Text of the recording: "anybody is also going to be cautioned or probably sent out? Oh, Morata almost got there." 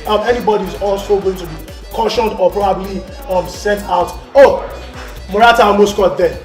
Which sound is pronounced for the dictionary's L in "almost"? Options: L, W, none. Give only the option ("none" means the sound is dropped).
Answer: none